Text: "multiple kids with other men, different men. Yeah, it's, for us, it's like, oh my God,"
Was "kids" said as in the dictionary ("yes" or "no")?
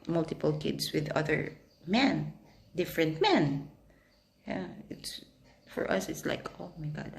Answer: no